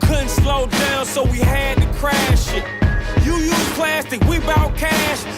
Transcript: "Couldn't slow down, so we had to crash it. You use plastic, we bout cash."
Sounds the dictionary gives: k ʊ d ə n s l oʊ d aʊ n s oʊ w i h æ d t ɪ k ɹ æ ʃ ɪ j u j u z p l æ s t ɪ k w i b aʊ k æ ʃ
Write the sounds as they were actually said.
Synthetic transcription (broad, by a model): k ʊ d n s l oʊ d aʊ n s oʊ w i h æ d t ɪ k ɹ æ ʃ ɪ j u j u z p l æ s t ɪ k w i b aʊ k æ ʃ